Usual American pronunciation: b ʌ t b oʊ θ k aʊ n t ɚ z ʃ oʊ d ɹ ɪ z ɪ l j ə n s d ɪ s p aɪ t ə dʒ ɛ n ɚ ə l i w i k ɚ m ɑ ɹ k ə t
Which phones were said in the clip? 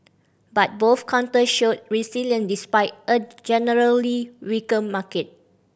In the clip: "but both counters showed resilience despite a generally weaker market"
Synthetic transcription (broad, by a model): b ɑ t b oʊ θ k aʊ n t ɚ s ʃ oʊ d ɹ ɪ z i l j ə n d ɪ s p aɪ t ə dʒ ɛ n ɚ ə l i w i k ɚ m ɑ k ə t